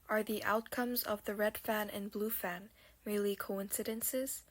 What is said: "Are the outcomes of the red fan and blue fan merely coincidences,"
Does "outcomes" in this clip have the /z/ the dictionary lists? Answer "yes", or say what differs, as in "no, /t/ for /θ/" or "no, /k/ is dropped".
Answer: yes